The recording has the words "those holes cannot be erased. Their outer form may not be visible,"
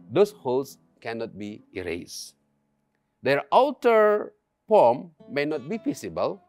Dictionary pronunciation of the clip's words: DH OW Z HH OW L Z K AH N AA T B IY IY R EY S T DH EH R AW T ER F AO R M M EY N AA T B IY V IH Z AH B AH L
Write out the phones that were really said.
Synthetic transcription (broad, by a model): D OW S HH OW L S K AH N AA T B IY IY R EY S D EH R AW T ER P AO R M M EY N AA T B IY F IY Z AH B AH L